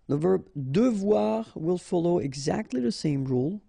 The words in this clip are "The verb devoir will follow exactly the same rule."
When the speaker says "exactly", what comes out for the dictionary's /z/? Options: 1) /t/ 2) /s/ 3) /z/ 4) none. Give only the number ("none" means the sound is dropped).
3